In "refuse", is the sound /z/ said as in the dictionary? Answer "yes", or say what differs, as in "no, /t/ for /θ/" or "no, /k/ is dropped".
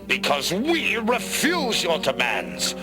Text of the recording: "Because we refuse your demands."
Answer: yes